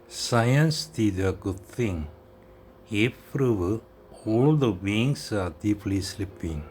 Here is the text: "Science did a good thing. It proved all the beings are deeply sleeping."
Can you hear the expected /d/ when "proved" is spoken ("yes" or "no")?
no